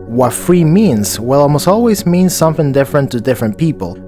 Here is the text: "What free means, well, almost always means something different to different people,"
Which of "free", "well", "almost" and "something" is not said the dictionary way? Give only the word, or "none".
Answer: almost